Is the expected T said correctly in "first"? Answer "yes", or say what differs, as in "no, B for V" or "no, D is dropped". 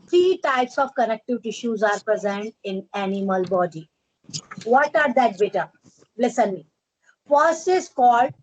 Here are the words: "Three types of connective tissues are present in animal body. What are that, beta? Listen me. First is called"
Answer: no, T is dropped